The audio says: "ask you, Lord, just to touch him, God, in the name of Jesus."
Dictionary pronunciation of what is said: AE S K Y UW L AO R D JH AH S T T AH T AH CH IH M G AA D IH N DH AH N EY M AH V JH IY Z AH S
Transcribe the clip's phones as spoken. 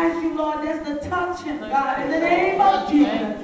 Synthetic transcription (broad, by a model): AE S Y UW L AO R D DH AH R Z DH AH T AH CH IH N G AA D IH N DH AH N EY M AH V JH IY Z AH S